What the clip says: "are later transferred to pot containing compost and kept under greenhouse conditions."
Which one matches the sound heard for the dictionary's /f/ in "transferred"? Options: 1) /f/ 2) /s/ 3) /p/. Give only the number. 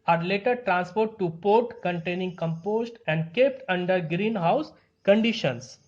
3